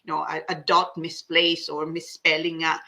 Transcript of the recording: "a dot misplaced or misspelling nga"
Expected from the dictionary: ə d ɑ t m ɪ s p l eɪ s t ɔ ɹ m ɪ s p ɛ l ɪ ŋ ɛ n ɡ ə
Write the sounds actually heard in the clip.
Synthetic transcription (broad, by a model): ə d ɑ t m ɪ s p l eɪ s ɔ ɹ m ɪ s p ɛ l ɪ ŋ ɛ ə